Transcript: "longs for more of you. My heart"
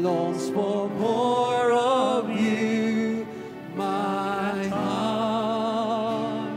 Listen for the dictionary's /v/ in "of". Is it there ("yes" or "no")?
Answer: yes